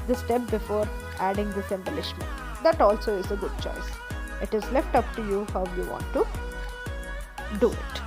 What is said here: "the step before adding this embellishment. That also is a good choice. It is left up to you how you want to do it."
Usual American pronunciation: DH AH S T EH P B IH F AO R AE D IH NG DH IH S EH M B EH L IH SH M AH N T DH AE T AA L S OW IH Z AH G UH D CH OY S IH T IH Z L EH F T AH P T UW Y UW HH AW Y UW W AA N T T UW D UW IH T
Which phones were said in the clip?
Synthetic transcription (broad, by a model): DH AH S T EH P B IH F AO R AE D IH NG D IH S EH M B EH L IH SH M AH N T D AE T AA L S OW IH Z AH G UH D CH OY S IH T IH Z L EH F T AH P T UW Y UW HH AW Y UW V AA N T T UW D UW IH T